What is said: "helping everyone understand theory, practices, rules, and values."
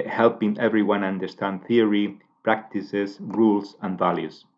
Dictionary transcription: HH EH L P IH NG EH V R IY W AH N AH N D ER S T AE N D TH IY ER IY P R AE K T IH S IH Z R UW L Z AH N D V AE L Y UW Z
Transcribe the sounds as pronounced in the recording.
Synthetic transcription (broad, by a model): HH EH L P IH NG EH V R IY W AH N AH N D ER S T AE N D TH IY ER IY P R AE K T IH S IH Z R UW L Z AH N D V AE L Y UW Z